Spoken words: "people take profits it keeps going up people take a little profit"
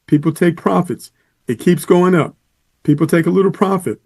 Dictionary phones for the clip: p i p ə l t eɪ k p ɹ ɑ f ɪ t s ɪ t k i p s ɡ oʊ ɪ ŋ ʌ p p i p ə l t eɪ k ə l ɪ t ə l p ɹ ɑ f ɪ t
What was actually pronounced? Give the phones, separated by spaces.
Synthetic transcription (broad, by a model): p i p l t eɪ k p ɹ ɑ f ɪ t s ɪ t k i p s ɡ oʊ ɪ ŋ ʌ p p i p l t eɪ k ə l ɪ t l p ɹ ɑ f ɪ t